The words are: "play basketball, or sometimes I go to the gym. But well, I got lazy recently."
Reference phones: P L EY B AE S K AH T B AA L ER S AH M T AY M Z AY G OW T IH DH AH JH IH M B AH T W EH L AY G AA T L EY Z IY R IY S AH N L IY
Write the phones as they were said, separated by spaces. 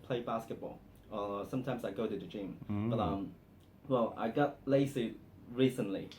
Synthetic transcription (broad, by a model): P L EY B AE S K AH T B AA L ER S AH M T AY M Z AY G OW T IH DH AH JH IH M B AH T W EH L AY G AA T L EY S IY R IY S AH N L IY